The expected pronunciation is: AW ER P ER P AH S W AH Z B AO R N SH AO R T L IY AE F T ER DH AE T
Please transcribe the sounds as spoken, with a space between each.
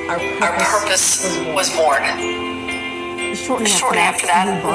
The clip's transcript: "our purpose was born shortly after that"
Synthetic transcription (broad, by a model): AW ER P ER P AH S W AH Z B AO R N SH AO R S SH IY AE F T ER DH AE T